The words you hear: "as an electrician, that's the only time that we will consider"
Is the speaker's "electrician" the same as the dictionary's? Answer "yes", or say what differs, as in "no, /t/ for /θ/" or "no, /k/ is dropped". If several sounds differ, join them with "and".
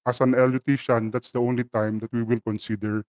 no, /k/ is dropped